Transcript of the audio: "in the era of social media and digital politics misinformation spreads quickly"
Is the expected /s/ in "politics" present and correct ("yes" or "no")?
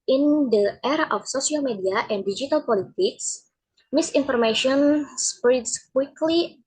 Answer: yes